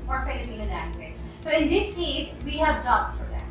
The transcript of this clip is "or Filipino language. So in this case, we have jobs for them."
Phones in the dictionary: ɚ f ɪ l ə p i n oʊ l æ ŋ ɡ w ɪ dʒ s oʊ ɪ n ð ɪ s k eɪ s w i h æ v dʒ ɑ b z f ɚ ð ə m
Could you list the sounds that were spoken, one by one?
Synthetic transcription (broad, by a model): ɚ f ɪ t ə i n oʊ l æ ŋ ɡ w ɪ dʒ s oʊ ɪ n ð ɪ s k eɪ s w i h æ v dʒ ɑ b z f ɚ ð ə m